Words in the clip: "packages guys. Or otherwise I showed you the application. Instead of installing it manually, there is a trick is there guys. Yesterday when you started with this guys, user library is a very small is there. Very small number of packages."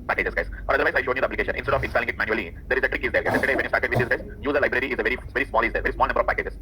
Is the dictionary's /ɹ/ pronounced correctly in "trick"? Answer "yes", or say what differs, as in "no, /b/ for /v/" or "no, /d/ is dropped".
yes